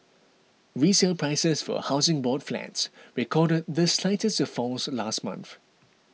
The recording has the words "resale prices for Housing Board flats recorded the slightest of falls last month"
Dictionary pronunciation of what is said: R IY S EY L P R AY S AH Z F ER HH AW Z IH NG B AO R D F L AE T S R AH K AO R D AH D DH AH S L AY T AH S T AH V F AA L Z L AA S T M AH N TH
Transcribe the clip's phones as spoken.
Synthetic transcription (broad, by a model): R IY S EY L P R AY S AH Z F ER HH AW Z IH NG B AO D F L AE T S R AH K AO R D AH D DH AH S L AY T AH S T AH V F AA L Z L AA S T M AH N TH